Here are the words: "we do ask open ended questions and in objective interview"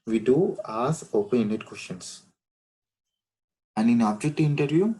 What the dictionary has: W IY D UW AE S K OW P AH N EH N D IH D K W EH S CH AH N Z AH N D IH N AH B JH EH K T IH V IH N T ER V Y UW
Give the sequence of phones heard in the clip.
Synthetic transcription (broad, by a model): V IY D UW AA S OW P AH N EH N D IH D K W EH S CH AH N S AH N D IH N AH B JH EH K T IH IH N T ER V Y UW